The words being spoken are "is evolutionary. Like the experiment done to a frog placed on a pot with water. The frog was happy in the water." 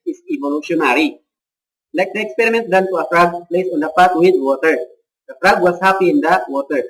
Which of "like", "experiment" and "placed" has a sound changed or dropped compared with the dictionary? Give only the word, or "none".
placed